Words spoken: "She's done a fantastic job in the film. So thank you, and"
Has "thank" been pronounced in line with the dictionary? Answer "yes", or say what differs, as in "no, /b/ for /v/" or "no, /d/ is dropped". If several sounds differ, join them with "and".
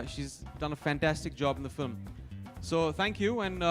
yes